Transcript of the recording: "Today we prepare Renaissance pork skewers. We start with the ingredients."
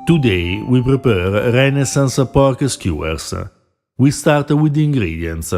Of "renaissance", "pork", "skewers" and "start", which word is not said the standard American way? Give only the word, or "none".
skewers